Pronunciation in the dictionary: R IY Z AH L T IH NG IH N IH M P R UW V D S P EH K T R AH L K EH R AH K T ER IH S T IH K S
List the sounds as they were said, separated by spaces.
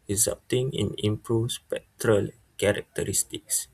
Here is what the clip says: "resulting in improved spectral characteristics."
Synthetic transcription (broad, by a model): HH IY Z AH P T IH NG IH N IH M P R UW S P EH K T R AH L K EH R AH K T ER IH S T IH K S